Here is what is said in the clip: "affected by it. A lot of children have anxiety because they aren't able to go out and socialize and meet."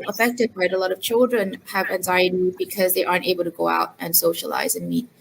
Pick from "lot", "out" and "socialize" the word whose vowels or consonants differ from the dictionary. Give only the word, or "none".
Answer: none